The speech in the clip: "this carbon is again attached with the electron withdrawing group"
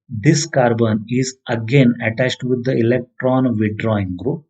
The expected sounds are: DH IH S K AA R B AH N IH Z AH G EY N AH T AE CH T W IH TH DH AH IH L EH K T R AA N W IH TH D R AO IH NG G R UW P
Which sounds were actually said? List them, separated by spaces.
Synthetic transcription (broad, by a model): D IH S K AA R B AH N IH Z AH G EY N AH T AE CH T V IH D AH IH L EH K T R AA N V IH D R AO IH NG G R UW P